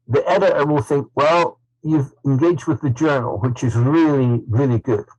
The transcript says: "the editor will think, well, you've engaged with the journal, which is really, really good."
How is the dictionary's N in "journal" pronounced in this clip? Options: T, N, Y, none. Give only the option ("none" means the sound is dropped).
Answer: N